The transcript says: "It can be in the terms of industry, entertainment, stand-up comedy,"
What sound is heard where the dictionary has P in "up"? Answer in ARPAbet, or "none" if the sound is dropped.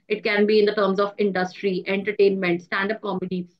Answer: P